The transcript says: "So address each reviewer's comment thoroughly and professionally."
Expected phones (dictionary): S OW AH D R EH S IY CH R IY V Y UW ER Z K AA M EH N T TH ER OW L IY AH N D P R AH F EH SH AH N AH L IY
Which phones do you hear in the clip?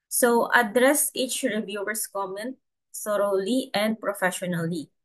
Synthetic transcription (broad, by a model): S OW AH D R EH S IY CH R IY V Y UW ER S K AA M EH N T S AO OW L IY AH N D P R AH F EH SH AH N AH L IY